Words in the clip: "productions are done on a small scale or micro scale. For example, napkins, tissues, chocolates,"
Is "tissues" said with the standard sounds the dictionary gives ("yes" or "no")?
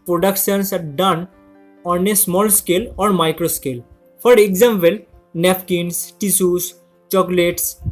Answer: no